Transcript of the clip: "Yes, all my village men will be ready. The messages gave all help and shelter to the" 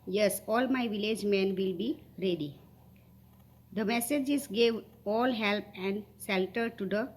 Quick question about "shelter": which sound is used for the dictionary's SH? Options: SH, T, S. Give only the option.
S